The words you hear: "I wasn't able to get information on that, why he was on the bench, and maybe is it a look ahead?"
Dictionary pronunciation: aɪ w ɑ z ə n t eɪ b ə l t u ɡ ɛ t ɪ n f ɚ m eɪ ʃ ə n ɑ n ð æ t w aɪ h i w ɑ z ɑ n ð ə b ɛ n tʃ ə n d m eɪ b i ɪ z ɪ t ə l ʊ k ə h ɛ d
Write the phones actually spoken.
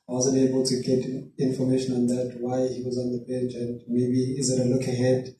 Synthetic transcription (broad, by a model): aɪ w ɑ z ə n t eɪ b ə l t u ɡ ɛ t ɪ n f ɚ m eɪ ʃ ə n ɑ n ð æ t w aɪ h i w ɑ z ɑ n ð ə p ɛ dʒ ə n d m eɪ b i ɪ z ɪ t ə l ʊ k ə h ɛ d